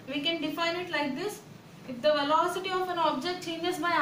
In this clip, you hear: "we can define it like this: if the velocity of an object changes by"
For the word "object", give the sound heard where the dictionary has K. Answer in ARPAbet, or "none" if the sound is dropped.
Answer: K